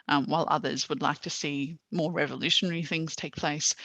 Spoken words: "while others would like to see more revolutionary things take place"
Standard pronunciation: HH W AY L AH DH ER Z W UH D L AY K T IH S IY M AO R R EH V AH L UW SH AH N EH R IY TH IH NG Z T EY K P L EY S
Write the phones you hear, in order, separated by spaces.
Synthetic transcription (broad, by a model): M W AY L AH DH ER Z W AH D L AY K T IH S IY M AO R R EH V AH L UW SH AH N EH R IY TH IH NG Z T EY K P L EY S